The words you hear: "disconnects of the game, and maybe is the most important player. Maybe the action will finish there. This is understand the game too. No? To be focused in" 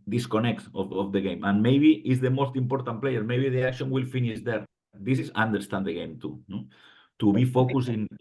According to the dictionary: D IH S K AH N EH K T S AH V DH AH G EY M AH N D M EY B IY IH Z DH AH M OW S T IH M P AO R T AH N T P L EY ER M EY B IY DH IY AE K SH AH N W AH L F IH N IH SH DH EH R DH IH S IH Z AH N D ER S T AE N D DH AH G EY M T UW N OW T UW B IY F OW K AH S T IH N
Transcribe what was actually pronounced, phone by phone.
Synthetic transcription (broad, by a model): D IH S K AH N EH K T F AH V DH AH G EY M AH N M EY B IY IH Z DH AH M OW S T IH M P AO R T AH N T P L EY ER M EY B IY DH IY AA K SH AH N W AH L F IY N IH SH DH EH R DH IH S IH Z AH N D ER S T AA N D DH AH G EY M T UW N OW T UW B IY F OW K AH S IH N